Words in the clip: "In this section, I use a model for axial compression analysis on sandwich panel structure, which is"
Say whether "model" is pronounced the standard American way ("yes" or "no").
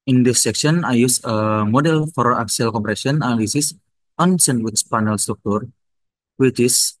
yes